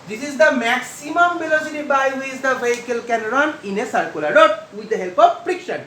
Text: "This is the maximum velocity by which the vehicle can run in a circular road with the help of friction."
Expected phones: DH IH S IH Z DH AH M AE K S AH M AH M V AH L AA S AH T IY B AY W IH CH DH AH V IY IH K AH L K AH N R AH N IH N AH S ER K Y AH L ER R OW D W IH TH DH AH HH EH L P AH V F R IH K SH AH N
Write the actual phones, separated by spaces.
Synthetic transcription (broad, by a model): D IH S IH Z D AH M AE K S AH M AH M B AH L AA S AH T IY B AY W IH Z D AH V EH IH K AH L K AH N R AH N IH N AH S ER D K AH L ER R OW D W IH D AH HH EH L P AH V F R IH K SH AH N